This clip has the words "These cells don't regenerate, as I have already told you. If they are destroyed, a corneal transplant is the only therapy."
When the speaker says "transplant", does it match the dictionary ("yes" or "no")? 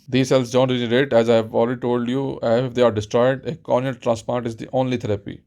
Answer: no